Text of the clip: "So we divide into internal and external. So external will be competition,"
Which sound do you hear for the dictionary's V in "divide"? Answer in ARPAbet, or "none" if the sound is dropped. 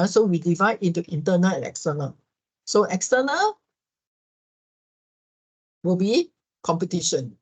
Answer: V